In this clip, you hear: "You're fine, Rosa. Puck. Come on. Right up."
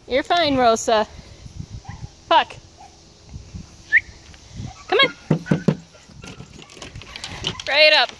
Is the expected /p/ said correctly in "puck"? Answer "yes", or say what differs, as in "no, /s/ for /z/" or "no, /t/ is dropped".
no, /f/ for /p/